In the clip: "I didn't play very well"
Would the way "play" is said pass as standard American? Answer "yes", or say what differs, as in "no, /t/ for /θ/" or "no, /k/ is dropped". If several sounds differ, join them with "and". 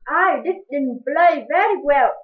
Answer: no, /b/ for /p/